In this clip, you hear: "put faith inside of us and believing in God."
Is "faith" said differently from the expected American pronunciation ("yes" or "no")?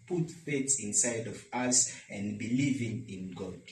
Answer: yes